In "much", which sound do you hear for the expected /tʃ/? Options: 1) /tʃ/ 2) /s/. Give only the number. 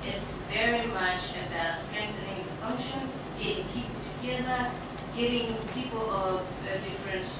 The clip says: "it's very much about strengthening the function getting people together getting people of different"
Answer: 1